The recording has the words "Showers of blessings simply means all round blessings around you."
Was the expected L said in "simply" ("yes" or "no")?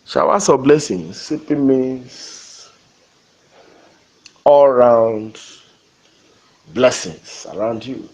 no